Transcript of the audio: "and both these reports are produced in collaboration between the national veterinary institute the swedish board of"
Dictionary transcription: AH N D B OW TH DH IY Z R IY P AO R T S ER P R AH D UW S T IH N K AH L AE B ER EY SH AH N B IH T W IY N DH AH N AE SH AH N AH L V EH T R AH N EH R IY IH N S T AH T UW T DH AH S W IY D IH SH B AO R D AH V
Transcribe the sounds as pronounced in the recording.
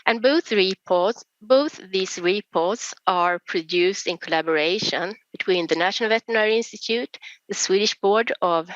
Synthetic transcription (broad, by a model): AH N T B OW TH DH IY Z R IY P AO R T S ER P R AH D UW S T IH N K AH L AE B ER EY SH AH N B IH T W IY N DH AH N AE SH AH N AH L V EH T AH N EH R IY IH N S T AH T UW T DH AH S W IY D IH SH B AO R D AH V